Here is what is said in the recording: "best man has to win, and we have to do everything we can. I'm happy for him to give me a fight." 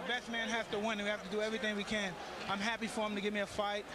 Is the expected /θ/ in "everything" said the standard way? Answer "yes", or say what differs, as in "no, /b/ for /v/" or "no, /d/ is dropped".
yes